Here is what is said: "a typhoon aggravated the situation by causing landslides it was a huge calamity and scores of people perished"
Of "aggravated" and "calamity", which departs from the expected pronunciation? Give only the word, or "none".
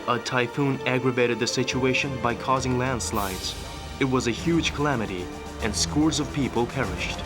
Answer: none